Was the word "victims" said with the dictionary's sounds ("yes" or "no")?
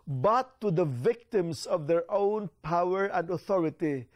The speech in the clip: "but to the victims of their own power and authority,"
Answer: no